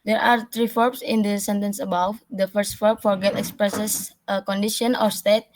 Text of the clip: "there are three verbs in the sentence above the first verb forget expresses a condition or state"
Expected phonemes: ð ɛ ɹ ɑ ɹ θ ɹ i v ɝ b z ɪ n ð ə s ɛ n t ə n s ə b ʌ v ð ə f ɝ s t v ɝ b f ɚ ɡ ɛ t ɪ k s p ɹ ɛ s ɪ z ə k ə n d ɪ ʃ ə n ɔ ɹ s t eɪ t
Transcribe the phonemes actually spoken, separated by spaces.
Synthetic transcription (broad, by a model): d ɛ ɹ ɑ ɹ t ɹ i f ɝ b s ɪ n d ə s ɛ n t ə n s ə b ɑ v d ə f ɝ s t f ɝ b f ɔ ɡ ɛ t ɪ k s p ɹ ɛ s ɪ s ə k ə n d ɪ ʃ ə n ɔ ɹ s t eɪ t